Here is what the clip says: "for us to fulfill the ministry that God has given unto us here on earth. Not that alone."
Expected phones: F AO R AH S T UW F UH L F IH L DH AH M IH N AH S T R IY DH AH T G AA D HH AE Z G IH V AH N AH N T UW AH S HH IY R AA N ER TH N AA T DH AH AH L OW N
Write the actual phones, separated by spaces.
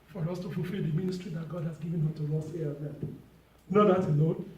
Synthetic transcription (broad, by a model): F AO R AH S T UW F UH L F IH L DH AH M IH N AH S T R IY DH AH T G AA D HH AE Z G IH V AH N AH T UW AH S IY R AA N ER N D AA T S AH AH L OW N